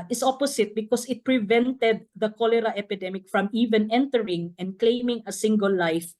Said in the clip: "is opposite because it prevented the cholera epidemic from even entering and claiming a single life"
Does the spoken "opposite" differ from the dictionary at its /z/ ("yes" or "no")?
yes